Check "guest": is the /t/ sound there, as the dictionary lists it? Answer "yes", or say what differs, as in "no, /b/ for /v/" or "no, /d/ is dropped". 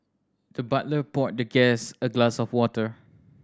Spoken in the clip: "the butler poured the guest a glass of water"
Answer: no, /t/ is dropped